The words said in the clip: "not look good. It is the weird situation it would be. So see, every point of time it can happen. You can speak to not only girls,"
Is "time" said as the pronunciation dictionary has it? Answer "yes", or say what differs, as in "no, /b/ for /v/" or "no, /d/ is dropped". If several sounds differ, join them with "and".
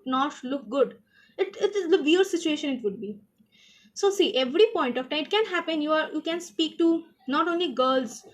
no, /m/ is dropped